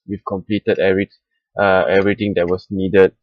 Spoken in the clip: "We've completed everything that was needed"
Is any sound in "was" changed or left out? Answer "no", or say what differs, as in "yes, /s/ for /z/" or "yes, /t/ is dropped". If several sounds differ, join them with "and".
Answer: yes, /s/ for /z/